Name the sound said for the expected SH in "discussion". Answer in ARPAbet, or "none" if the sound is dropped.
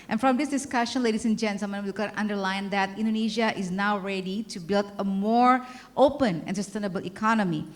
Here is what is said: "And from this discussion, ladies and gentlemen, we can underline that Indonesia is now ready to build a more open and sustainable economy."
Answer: SH